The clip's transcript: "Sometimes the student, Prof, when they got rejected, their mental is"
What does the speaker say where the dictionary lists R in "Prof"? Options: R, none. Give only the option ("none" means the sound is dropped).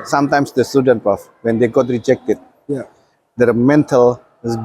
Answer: none